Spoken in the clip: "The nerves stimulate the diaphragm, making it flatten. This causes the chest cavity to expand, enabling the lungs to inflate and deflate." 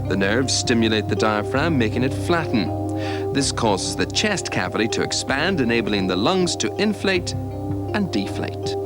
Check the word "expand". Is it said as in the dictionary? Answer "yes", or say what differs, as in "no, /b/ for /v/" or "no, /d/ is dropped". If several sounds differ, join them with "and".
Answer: yes